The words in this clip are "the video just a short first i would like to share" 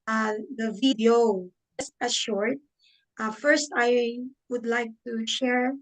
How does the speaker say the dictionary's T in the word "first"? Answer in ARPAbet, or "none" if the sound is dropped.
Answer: T